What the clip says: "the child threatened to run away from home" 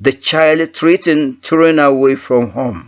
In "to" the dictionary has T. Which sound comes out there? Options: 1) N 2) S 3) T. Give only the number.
3